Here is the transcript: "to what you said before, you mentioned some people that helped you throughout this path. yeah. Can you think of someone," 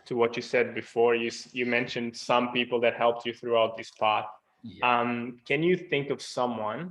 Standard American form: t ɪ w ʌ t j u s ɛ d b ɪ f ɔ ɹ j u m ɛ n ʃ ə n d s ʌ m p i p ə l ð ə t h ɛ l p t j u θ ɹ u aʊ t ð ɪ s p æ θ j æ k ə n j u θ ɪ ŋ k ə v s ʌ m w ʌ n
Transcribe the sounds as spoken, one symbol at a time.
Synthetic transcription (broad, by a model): t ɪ w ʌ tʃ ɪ s ɛ d b ɪ f ɔ ɹ j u m ɛ n ʃ ə n d s ʌ m p i p l ð ə t h ɛ l p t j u θ ɹ u aʊ t ð ɪ s p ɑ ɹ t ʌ k ə n j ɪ θ ɪ ŋ k ə v s ʌ m w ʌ n